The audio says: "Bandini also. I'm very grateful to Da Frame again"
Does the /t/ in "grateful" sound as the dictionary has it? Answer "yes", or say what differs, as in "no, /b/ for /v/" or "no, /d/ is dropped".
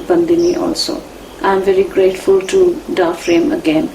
yes